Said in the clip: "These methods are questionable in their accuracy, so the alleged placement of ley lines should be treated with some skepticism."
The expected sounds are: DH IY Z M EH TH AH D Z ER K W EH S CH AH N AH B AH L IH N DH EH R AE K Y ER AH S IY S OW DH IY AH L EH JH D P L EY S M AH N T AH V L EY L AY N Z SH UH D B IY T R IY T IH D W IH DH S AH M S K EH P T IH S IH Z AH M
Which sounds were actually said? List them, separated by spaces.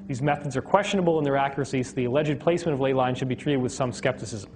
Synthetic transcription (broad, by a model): DH IY Z M EH TH AH D Z ER K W EH S CH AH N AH B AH L IH N DH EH R AE K Y ER AH S IY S DH IY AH L EH JH D P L EY S M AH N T AH V L EY L AY N SH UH D B IY T R IY T IH D W IH DH S AH M S K EH P T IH S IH Z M M